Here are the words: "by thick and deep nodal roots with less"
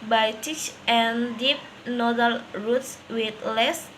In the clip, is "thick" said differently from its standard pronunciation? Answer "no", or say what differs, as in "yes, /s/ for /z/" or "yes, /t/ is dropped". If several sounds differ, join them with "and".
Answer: yes, /t/ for /θ/